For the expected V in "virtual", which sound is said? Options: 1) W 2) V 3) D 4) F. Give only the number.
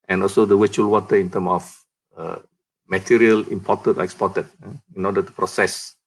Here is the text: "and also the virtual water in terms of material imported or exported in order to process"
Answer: 1